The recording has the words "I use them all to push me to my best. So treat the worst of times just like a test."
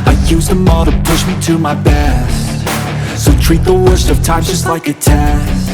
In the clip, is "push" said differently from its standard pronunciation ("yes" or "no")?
no